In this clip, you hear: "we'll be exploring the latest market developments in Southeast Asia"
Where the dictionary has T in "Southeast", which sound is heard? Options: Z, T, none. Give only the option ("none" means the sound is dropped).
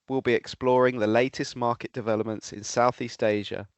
T